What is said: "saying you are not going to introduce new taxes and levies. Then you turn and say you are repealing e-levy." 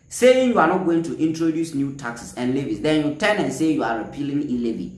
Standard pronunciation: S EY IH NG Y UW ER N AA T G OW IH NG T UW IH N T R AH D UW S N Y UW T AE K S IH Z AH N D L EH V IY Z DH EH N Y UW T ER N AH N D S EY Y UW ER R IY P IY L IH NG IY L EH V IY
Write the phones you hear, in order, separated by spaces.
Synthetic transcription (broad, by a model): S EY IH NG Y UW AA N AA T G OW IH NG T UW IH N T R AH D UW S N Y UW T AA K S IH S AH N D L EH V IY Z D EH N Y UW T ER N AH N S EY Y UW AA R IY P IY L IH NG IY L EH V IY